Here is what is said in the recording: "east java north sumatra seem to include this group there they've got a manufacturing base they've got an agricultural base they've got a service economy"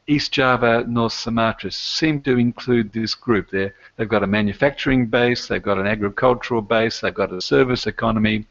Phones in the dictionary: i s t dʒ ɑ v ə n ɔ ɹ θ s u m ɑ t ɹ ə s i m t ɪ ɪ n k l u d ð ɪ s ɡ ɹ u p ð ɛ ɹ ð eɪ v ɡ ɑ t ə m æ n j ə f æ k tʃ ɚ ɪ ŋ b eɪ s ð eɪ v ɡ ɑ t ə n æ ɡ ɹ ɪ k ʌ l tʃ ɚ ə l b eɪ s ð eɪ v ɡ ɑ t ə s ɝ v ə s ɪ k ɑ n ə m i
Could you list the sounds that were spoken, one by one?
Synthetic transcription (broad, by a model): i s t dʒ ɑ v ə n ɔ ɹ θ s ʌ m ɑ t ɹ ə s i m t ɪ ɪ n k l u d ð ɪ s ɡ ɹ u p ð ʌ ɹ ð eɪ v ɡ ɑ t ə m æ n j ə f æ k tʃ ɚ ɪ ŋ b eɪ s ð eɪ v ɡ ɑ t ə n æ ɡ ɹ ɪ k ʌ l tʃ ɚ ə l b eɪ s ð eɪ v ɡ ɑ t ə s ɝ v ə s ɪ k ɑ n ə m i